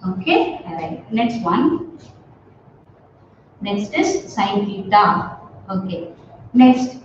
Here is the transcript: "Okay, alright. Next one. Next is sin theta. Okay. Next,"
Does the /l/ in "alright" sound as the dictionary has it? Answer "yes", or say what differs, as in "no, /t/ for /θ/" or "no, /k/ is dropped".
no, /l/ is dropped